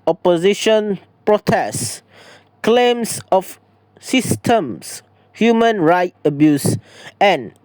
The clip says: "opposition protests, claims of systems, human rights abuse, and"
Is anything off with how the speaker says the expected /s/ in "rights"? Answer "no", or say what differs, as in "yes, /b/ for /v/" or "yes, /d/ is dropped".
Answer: yes, /s/ is dropped